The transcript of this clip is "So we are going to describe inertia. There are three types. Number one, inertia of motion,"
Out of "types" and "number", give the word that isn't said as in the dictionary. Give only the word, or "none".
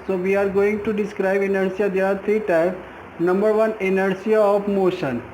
types